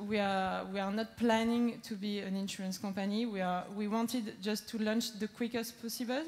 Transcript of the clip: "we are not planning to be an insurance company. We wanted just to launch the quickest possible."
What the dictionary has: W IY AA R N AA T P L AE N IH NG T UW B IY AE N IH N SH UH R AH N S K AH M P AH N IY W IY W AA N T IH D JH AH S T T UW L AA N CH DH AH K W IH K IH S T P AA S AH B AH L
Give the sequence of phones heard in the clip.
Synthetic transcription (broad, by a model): W IY AA R N AA T P L AE N IH NG T UW B IY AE N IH N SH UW R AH N S K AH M P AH N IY W IY W AA N T IH D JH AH S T T UW L AA N CH DH AH K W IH K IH S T P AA S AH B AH L